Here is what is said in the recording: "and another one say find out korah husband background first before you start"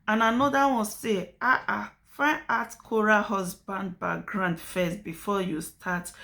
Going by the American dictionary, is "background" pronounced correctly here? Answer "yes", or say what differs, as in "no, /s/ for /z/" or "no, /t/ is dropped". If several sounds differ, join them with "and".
no, /k/ is dropped